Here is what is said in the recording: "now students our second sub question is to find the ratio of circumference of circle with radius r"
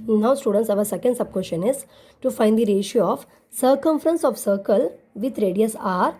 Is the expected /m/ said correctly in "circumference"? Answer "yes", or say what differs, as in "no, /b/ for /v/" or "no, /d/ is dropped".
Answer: yes